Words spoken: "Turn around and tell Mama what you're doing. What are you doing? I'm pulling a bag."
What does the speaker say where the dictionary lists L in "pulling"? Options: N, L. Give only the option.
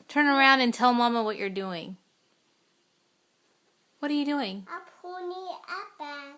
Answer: N